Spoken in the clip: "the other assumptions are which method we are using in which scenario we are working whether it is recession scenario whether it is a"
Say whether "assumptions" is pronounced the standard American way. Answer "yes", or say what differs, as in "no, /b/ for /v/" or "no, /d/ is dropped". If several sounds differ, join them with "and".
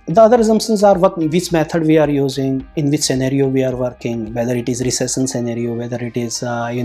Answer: no, /p/ is dropped